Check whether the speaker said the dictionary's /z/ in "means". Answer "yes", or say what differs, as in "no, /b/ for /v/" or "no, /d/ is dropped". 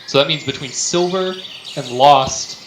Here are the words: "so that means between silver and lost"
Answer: yes